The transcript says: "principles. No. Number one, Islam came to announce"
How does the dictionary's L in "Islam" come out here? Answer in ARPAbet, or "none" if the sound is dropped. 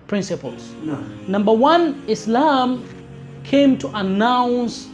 L